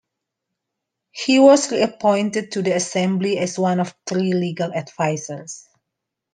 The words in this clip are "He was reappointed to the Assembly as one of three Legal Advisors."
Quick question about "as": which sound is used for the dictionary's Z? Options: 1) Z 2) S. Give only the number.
2